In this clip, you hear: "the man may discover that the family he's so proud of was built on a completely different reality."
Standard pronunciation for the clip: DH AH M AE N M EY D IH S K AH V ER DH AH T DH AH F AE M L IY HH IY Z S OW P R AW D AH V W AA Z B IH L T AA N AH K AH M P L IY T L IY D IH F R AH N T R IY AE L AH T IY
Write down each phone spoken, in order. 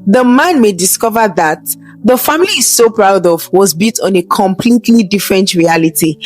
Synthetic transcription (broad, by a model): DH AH M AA N M EY D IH S K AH V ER DH AH T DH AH F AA M IY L IY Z S OW P R AW D AH V W AA Z B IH T AA N AH K AH M P L IY T L IY D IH F R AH N T R IY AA L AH T IY